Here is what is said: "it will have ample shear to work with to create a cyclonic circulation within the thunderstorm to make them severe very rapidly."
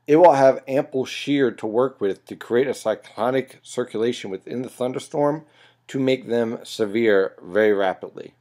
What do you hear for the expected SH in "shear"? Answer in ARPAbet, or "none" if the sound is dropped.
SH